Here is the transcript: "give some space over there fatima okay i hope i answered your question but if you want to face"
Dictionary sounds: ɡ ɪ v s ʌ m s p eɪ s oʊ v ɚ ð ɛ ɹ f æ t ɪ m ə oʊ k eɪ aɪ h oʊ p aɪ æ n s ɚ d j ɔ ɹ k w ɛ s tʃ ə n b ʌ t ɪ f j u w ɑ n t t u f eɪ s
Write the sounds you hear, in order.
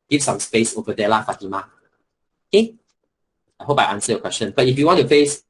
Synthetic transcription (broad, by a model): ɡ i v s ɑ m s p eɪ s oʊ v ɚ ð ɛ l f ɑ t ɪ m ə oʊ k eɪ aɪ h oʊ p aɪ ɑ n s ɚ j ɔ k w ɛ s tʃ ə n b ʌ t ɪ f j u w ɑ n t t u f eɪ s